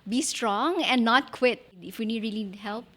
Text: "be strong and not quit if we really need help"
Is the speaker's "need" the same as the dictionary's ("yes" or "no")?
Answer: no